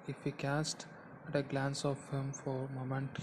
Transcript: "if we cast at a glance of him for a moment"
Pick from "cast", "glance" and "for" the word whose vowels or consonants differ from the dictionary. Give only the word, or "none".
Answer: none